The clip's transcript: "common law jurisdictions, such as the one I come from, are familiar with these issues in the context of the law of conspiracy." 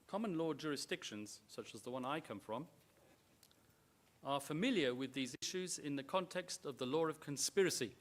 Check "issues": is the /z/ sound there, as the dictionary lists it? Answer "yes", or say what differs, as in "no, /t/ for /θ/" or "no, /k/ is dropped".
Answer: yes